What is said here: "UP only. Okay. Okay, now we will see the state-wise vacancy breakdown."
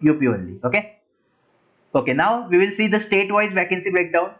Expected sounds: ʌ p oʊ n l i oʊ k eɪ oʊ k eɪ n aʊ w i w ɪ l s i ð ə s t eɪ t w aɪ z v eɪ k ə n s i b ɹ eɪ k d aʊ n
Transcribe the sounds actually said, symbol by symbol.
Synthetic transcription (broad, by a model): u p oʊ l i oʊ k eɪ oʊ k eɪ n aʊ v i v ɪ l s i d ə s t eɪ t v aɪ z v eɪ k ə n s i b ɹ eɪ k d aʊ n